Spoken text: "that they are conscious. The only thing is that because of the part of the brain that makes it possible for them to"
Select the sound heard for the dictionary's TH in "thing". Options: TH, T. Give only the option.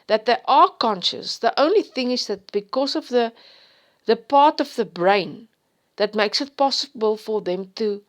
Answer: TH